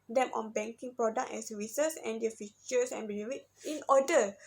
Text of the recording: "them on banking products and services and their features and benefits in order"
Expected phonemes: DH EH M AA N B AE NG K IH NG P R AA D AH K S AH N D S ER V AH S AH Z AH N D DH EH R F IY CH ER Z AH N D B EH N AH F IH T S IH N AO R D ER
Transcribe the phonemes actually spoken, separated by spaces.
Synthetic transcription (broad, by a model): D EH M AA N B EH NG K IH NG P R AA D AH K AH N S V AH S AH S AH N D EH F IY CH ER S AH N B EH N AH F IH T IH N AO D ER